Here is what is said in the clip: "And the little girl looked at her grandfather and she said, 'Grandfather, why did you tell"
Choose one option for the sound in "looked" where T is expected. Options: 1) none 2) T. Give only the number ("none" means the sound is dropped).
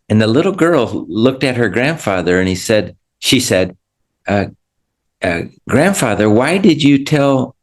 2